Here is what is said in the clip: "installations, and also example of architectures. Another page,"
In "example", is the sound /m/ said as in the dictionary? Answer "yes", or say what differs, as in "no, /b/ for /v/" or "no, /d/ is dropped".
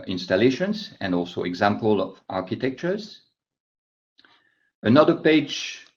yes